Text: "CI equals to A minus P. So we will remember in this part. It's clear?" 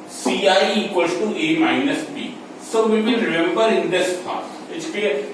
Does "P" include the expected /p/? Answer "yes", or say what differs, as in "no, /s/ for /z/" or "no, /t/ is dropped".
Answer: no, /b/ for /p/